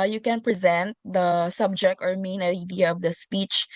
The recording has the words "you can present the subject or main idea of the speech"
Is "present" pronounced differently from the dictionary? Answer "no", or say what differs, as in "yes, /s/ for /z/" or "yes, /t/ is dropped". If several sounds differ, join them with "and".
no